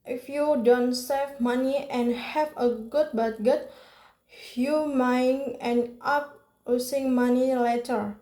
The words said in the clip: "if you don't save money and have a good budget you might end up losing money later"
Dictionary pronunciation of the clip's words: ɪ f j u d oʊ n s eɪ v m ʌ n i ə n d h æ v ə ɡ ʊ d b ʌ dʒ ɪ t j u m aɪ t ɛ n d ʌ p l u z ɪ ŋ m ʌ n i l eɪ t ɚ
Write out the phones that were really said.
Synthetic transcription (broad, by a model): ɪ f j u d oʊ n s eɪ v m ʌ n i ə n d h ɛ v ə ɡ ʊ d b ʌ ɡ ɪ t j u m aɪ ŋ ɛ n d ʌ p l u s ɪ ŋ m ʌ n i l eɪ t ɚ